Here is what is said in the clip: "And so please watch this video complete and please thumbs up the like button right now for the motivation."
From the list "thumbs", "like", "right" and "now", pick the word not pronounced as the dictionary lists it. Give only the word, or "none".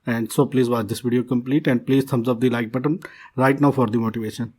thumbs